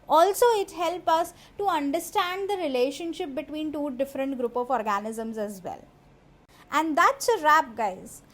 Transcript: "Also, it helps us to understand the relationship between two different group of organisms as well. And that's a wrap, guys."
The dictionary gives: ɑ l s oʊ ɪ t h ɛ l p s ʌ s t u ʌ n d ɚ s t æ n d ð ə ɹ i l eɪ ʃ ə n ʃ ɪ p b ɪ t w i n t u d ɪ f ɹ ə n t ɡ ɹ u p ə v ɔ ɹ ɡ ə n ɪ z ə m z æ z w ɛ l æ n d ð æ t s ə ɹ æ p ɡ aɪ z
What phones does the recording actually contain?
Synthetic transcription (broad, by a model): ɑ l s oʊ ɪ t h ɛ l p ʌ s t u ʌ n d ɚ s t æ n d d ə ɹ i l eɪ ʃ ə n ʃ ɪ p b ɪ t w i n t u d ɪ f ɹ ə n t ɡ ɹ u p ə v ɔ ɹ ɡ ə n ɪ z ə m z æ z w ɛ l æ n d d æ t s ə ɹ æ p ɡ aɪ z